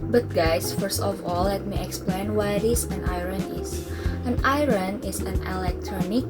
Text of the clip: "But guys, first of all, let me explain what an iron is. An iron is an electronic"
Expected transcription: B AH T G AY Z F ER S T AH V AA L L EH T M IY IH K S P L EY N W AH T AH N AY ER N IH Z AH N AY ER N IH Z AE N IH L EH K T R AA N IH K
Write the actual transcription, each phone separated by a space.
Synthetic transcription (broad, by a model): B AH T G AY S F ER S T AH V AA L L EH T M IY IH K S P L EY N W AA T AH N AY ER N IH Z AH N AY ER N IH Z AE N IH L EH K T R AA N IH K